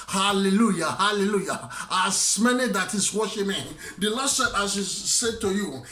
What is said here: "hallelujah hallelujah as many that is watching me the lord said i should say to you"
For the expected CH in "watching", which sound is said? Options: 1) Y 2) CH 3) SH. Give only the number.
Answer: 3